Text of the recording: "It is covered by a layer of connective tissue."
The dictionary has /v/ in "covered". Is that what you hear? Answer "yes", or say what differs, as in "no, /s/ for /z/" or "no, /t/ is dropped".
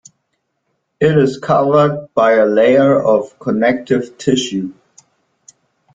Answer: yes